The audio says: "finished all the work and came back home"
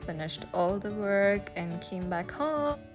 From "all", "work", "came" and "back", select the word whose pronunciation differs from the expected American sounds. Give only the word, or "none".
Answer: none